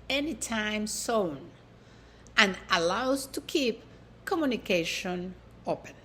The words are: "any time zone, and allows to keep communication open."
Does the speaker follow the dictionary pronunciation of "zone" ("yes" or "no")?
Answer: no